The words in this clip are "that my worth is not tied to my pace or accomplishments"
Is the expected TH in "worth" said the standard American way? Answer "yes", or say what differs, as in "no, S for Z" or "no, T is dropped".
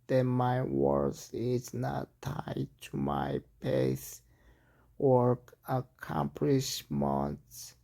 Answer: no, S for TH